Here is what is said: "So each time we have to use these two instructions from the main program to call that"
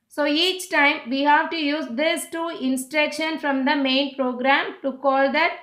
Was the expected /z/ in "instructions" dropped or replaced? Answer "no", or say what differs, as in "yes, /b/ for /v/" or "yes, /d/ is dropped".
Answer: yes, /z/ is dropped